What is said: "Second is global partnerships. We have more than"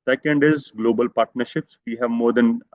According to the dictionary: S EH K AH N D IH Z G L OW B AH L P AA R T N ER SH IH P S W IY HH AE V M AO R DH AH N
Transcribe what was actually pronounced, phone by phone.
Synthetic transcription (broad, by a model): S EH K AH N D IH Z G L OW B AH L P AA R T N ER SH IH P S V IY HH AE V M AO R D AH N